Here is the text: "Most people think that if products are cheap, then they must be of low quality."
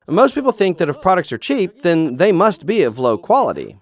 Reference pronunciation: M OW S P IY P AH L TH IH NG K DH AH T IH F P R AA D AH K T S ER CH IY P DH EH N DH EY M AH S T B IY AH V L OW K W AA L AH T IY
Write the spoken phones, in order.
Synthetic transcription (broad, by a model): M OW S P IY P L TH IH NG K DH AH T IH F P R AA D AH K T S ER CH IY P DH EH N DH EY M AH S T B IY AH V L OW K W AA L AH T IY